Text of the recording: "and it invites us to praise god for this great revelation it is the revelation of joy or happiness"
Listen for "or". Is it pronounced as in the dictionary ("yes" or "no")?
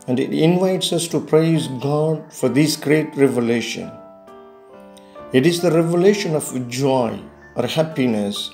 yes